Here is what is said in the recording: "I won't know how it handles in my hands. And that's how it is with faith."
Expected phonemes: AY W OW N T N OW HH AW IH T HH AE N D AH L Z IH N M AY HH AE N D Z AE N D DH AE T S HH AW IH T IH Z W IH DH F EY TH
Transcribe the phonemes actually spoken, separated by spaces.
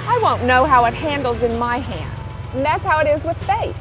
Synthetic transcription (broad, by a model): AY W OW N N OW HH AW IH T HH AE N D L Z IH N M AY HH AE N D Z N DH AE T S HH AW IH T IH Z W IH DH F EY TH